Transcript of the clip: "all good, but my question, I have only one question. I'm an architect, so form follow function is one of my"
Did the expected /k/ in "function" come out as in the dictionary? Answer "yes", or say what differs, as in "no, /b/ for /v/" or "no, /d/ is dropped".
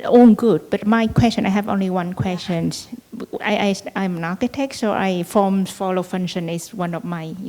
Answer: no, /k/ is dropped